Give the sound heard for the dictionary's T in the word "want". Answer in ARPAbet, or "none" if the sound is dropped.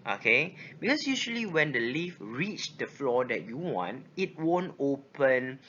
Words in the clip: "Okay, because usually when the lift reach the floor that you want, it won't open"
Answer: T